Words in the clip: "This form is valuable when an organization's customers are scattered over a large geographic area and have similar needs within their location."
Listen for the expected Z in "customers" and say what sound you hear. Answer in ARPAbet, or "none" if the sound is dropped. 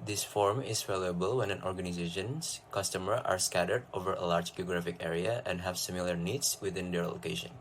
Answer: none